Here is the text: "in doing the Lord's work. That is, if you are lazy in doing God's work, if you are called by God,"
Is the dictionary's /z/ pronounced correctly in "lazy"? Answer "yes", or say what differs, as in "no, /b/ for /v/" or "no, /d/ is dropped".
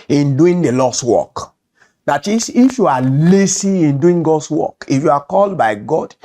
no, /s/ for /z/